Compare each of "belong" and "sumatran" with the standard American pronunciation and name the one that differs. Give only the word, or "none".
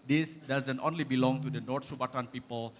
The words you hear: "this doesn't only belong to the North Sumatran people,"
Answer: sumatran